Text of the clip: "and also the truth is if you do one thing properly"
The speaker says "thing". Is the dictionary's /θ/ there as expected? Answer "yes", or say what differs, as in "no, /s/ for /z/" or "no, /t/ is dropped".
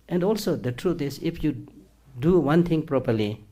no, /t/ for /θ/